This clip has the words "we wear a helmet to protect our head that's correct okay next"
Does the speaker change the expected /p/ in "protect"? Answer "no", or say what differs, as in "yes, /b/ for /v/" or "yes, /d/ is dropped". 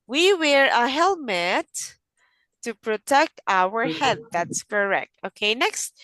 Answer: no